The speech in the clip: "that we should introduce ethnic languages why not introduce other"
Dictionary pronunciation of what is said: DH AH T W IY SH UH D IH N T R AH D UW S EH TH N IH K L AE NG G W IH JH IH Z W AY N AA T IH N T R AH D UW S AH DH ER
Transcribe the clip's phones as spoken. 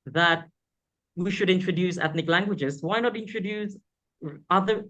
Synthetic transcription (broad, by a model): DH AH T W IY SH UH D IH N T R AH D UW S EH TH N IH K L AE NG G W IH JH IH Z W AY N AA T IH N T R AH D UW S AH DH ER